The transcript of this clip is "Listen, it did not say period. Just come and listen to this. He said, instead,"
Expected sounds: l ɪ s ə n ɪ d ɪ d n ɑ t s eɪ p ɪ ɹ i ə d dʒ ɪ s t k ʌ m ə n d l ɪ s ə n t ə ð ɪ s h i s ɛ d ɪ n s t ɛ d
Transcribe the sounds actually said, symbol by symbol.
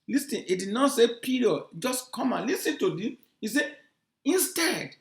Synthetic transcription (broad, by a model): l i s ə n ɪ d ɪ d n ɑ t s eɪ p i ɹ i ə dʒ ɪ s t k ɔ m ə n l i s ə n t ə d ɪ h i s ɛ ɪ n s t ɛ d